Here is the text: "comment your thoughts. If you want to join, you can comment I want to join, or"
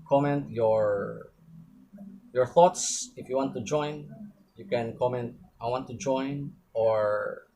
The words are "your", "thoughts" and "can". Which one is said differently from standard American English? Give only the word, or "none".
none